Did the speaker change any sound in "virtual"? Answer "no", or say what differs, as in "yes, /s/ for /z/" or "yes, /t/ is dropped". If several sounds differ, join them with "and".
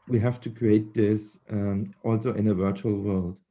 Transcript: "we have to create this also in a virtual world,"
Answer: no